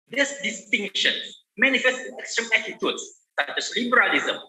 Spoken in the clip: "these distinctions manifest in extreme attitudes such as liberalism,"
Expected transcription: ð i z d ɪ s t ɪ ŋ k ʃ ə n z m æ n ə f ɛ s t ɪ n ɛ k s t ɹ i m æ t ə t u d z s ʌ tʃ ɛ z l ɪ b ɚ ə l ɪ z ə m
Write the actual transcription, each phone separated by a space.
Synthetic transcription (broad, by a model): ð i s d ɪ s t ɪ ŋ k ʃ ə n m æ n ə f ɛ s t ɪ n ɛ k s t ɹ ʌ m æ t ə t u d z s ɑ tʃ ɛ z l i b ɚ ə l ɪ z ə m